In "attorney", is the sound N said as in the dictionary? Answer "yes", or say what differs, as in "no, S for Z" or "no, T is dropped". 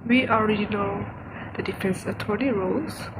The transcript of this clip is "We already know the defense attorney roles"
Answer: no, L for N